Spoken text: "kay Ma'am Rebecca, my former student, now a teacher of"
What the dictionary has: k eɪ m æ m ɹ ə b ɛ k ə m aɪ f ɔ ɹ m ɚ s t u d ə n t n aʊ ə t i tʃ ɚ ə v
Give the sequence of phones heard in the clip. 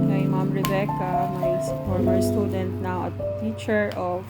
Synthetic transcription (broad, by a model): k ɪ m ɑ m ɹ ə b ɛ k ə m aɪ p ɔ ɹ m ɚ s t u d ə n t n aʊ ə t i tʃ ɚ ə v